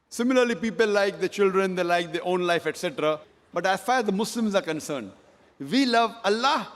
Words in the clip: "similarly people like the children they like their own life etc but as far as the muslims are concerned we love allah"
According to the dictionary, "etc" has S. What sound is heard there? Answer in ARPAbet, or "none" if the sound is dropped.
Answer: S